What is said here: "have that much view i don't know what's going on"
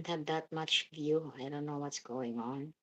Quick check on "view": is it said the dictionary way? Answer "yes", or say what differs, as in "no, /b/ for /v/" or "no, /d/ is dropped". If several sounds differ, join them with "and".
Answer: yes